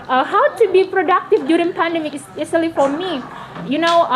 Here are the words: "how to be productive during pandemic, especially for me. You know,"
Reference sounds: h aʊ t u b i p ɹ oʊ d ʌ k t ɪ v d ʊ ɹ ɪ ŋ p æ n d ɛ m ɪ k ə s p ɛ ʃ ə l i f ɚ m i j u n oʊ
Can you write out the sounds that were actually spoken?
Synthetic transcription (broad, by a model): h aʊ t u b i p ɹ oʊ d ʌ k t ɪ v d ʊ ɹ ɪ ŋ p æ n d ɛ m ɪ k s ɛ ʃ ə l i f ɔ m i j u n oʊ